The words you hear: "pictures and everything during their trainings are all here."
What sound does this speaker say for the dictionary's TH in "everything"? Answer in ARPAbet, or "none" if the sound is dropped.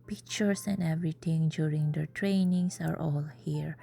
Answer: T